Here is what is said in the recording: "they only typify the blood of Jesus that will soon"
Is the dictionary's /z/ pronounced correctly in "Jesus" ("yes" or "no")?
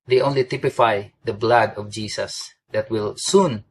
no